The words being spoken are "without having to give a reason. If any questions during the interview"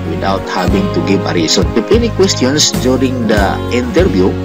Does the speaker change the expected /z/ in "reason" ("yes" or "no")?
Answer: yes